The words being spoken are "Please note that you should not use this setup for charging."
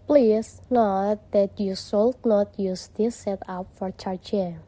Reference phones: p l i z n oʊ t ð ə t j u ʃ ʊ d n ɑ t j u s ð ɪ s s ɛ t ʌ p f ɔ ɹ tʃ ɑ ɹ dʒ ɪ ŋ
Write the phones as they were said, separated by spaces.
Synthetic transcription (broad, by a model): p l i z n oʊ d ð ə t j u s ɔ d n ɑ t j u s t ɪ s s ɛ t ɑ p f ɔ ɹ tʃ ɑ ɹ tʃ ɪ